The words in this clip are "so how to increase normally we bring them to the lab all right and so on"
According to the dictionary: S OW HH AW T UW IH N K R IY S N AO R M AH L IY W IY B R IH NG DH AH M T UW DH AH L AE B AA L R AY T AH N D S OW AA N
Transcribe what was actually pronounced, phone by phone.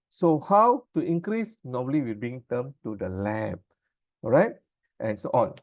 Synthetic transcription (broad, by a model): S OW HH AW T UW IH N K R IY S N AO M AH L IY W IY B IH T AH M T UW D AH L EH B R AY T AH N S OW AA N